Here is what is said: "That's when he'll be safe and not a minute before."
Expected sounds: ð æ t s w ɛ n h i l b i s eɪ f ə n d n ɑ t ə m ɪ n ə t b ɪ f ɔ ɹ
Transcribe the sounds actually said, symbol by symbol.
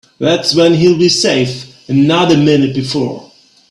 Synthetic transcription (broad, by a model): ð æ t s w ɛ n h i l b i s eɪ f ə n n ɑ t ə m ɪ n ə t b ɪ f ɔ ɹ